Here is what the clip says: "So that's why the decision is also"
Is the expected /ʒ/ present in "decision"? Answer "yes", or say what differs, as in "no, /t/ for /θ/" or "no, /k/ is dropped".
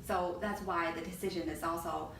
yes